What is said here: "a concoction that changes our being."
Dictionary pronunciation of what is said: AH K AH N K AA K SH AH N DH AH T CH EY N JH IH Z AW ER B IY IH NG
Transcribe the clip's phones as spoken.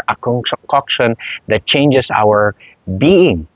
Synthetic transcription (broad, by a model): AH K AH K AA K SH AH N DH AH T CH EY N JH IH S AW ER B IY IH NG